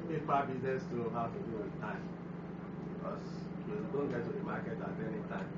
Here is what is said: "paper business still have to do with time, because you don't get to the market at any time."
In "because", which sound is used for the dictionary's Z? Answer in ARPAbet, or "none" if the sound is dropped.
S